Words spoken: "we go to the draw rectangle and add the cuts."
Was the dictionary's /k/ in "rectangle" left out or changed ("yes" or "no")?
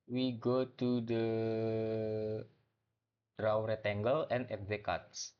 yes